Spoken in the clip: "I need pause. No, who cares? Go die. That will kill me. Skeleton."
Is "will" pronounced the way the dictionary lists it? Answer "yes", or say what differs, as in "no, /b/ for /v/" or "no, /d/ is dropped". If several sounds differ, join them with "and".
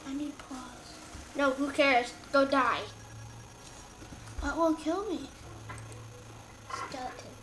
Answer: no, /n/ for /l/